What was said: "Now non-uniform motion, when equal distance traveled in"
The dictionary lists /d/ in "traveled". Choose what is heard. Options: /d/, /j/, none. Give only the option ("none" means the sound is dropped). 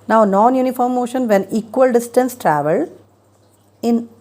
none